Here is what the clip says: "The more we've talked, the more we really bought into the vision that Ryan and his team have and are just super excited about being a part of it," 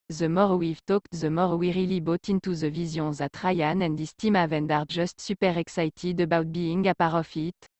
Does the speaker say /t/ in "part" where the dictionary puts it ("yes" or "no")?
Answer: no